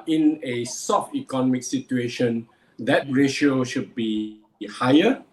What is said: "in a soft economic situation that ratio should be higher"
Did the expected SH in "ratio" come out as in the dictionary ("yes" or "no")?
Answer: yes